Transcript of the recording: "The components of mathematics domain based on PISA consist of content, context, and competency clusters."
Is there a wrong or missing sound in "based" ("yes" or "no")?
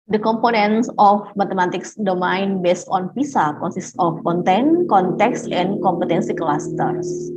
no